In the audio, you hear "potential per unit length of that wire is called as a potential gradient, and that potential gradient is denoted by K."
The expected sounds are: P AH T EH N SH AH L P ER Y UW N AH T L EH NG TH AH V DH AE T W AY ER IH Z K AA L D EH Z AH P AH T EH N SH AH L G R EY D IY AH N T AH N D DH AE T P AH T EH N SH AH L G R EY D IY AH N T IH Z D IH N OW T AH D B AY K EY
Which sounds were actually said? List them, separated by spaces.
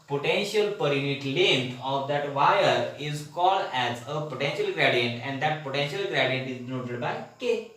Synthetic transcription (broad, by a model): P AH T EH N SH AH L P ER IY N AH T L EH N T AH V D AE T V AY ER IH Z K AA L D EH Z AH P AH T EH N SH AH L G R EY D IY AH N T AH N D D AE T P AH T EH N SH AH L G R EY D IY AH N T IH Z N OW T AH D B AY K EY